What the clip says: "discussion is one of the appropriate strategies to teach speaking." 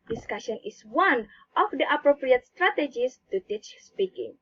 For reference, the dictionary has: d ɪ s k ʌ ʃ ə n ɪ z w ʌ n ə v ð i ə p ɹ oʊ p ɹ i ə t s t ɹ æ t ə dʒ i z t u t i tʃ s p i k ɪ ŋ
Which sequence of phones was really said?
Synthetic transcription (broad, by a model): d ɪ s k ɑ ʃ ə n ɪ s w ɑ n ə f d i ə p ɹ oʊ p ɹ i ə t s t ɹ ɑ t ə dʒ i s t u t i tʃ s p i k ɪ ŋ